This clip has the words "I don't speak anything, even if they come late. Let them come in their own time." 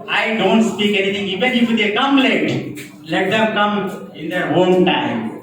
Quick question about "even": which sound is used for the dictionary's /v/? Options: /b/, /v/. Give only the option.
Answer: /b/